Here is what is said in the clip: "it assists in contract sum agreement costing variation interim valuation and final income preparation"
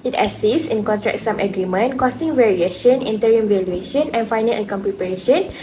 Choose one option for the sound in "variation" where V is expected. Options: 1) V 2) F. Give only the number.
1